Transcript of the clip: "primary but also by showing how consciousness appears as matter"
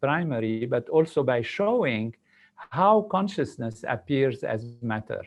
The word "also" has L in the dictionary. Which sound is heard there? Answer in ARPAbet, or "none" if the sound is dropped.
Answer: L